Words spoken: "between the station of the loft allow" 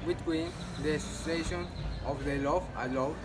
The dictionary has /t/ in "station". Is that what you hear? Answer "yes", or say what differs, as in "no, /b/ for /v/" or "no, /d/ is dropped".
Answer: no, /s/ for /t/